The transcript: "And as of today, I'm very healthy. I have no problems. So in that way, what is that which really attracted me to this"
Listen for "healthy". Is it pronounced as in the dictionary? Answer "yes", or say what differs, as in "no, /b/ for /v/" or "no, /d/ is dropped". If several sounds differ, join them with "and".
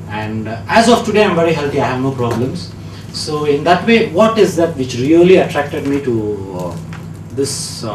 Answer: no, /t/ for /θ/